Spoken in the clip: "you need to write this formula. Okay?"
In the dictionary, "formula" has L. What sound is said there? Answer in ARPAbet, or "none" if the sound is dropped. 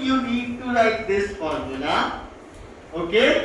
N